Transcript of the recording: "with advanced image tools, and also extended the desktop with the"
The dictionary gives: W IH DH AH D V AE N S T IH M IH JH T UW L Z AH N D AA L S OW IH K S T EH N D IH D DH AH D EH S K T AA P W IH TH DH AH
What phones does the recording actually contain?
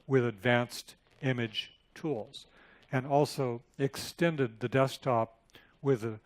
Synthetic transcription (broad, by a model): W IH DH AH D V AE N S T IH M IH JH T UW L Z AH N AA L S OW IH K S T EH N D IH D DH AH D EH S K T AA P W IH DH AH